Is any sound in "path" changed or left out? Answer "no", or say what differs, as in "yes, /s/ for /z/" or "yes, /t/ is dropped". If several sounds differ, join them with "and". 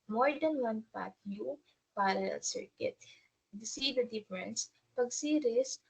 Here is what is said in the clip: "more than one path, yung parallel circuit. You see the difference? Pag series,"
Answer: yes, /t/ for /θ/